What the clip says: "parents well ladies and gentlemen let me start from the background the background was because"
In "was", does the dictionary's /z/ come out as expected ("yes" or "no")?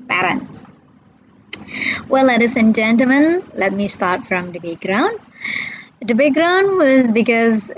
yes